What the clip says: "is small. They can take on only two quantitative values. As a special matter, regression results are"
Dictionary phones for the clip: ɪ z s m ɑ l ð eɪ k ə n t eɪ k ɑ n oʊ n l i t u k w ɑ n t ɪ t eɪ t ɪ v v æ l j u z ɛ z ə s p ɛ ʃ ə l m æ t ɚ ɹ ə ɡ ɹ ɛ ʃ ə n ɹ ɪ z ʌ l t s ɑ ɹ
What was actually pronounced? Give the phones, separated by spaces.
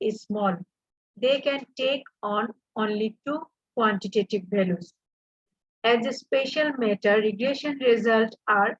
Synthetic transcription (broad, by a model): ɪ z s m ɑ l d eɪ k ə n t eɪ k ɑ n oʊ n l i t u k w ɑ n t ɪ t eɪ t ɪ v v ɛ l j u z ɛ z ə s p ɛ ʃ ə l m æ t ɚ ɹ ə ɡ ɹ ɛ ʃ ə n ɹ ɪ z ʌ l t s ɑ ɹ